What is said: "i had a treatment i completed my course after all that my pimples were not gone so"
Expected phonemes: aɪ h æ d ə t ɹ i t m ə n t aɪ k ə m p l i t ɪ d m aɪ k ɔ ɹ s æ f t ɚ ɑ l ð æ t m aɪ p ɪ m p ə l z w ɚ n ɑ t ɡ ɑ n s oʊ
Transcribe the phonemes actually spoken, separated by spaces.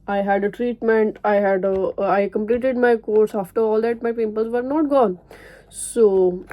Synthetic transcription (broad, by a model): aɪ h æ d ə t ɹ i t m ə n t aɪ k ə m p l i t ɪ d m aɪ k ɔ ɹ s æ f t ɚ ɑ l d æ t m aɪ p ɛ p ə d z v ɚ n ɑ t ɡ ɑ n s oʊ